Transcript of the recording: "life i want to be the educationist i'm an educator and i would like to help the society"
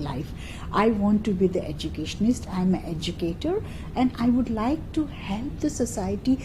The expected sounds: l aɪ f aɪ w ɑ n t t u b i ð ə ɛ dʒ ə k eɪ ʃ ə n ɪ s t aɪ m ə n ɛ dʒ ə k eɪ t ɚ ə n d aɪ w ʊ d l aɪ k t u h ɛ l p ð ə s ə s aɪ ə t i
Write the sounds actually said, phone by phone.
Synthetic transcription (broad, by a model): l aɪ f aɪ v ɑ n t t u b i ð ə ɛ dʒ ə k eɪ ʃ ə n ɪ s t aɪ m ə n ɛ dʒ ə k eɪ t ɚ ə n d aɪ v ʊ d l aɪ k t u h ɛ l p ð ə s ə s aɪ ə t i